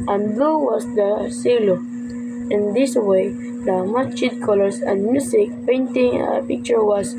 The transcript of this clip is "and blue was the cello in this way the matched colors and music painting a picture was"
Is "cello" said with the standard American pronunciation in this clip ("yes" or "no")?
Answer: no